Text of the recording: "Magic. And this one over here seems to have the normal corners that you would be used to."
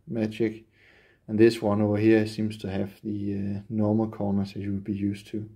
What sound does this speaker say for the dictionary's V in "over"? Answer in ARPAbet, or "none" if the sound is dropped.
none